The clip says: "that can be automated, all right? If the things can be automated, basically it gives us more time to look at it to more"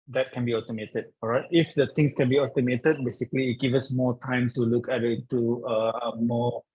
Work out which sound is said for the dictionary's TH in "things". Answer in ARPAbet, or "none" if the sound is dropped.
T